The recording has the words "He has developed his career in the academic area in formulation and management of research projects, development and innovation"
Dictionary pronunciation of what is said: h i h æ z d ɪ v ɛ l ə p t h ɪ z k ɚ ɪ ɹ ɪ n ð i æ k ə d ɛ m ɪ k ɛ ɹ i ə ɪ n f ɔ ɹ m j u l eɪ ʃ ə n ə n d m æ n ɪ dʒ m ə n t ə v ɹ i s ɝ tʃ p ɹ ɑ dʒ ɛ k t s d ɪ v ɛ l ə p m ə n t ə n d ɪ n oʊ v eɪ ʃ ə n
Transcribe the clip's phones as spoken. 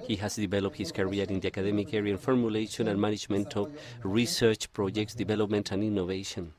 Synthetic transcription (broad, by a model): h i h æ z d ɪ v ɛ l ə p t h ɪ s k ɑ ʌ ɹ ɪ n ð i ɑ k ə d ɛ m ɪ k ɛ ɹ i ə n f ɔ ɹ m j u l eɪ ʃ ə n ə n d m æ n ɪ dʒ m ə n t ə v ɹ i s ɝ tʃ p ɹ ɑ dʒ ɛ k t s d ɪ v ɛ l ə p m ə n t ə n d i n oʊ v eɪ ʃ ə n